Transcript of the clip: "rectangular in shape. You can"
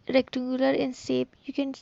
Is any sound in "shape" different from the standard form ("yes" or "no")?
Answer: yes